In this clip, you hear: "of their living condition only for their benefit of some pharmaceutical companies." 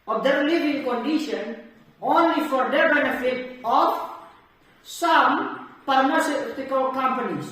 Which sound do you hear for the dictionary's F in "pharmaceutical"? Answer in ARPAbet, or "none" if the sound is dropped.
P